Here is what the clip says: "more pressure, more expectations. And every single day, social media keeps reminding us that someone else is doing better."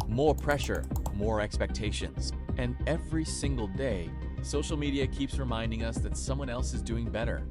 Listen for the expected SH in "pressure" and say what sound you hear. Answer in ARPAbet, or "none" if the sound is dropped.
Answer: SH